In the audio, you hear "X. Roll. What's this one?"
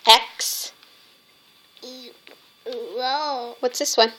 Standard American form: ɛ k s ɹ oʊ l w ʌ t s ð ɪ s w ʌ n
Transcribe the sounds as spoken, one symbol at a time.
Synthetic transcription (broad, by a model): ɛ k s w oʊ w ʌ t s ð ɪ s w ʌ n